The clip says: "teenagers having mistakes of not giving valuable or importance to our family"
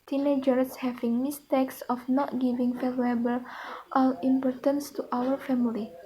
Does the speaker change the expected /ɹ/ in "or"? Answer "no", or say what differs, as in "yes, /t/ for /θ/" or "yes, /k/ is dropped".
yes, /l/ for /ɹ/